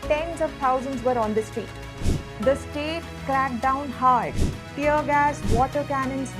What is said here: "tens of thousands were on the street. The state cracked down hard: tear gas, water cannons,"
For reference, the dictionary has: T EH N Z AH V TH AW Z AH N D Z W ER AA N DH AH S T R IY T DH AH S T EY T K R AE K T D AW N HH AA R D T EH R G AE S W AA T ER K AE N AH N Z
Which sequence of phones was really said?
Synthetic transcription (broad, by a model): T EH N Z AH V T AW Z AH N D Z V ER AA N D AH S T IY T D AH S T EY T K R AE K D AW N HH AA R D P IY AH G AE S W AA T ER K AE N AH N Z